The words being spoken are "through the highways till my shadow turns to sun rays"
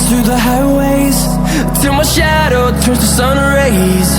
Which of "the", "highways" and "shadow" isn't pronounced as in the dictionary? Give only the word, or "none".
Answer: none